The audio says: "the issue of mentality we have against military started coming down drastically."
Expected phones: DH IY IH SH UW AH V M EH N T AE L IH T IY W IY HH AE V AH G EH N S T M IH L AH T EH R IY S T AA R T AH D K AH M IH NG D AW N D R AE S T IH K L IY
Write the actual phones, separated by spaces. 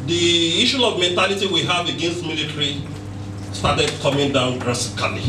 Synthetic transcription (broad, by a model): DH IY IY SH UW AH V M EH N T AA L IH T IY W IY HH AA V AH G EH N S T M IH L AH T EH R IY S T AA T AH D K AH M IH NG D AW N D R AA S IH K L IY